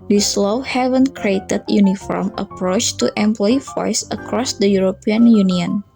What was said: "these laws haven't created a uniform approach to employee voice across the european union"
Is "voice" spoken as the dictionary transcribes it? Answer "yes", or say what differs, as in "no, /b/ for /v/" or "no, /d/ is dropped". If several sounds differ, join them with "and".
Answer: no, /f/ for /v/